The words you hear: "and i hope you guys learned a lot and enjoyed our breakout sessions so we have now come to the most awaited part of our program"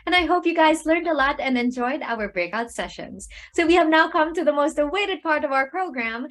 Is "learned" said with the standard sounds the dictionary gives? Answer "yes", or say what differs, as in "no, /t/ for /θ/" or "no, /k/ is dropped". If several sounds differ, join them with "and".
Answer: yes